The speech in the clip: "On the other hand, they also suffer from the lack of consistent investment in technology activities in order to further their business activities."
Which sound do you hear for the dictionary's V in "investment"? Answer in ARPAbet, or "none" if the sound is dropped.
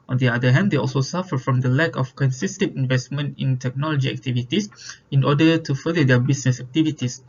V